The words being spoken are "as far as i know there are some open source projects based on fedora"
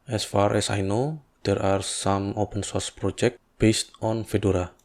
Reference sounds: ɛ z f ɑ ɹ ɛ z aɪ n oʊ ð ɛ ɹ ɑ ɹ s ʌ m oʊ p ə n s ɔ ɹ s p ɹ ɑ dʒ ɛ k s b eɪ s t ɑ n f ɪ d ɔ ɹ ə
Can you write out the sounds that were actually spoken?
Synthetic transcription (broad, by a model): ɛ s f ɑ ɹ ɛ s aɪ n oʊ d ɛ ɹ ɑ ɹ s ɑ m oʊ p ə n s ɔ ɹ s p ɹ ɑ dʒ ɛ k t b eɪ s t ɑ n f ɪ d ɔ ɹ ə